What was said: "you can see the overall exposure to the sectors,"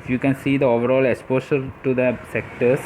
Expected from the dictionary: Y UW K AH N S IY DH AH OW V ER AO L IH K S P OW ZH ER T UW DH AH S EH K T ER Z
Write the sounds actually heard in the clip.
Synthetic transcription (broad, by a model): Y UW K AH N S IY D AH OW V ER AO L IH K S P OW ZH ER T UW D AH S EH K T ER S